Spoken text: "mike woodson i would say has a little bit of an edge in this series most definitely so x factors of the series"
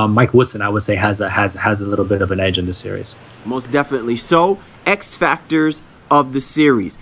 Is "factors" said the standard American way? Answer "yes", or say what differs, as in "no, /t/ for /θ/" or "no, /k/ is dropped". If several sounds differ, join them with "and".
yes